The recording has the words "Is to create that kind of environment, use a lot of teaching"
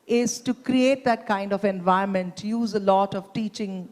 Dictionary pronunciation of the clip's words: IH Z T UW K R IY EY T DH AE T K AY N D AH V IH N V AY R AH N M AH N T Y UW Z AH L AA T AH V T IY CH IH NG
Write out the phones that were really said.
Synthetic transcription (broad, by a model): IH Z T UW K R IY EY T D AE T K AY N D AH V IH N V AY AH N M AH N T Y UW Z AH L AA T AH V T IY CH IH NG